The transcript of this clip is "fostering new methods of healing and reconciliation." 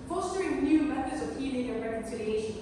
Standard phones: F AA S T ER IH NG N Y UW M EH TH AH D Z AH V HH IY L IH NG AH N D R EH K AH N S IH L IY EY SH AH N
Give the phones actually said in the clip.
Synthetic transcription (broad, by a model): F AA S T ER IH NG N Y UW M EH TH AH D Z AH V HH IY N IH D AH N R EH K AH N S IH L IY EY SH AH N